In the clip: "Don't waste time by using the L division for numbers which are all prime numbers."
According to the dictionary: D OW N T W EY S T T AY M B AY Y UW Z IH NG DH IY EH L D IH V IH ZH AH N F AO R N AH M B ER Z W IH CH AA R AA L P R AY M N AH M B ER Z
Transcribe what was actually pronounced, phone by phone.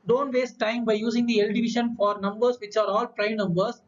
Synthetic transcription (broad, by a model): D OW N T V EY S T T AY M B AY Y UW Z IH NG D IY EH L D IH V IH SH AH N F AO R N AH M B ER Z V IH CH AA R AA L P R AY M N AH M B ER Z